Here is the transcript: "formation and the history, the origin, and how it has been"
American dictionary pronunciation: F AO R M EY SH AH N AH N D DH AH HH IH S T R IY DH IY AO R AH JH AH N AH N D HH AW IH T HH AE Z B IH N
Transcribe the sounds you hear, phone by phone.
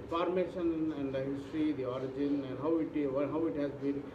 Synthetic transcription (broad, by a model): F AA R M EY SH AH N AH N D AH HH IH S T R IY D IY AO R AH JH AH N AH N D HH AW IH T HH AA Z B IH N